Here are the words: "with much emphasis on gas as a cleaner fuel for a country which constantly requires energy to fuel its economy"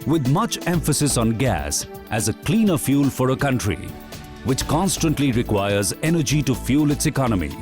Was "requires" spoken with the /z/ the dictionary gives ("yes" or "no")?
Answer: yes